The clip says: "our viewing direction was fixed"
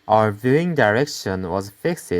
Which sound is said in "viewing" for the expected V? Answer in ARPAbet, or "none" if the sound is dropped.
V